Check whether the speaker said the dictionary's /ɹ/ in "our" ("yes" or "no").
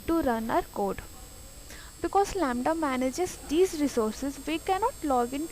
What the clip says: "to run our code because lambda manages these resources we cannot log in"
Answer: yes